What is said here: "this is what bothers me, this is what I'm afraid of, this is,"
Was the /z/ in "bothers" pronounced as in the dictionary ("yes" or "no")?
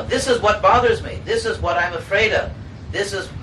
yes